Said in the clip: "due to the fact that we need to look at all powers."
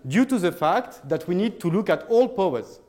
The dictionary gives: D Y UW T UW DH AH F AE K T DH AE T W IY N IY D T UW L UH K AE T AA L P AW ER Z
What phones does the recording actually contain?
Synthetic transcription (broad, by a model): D Y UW T UW DH AH F AE K T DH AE T W IY N IY D T UW L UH K AE T AA L P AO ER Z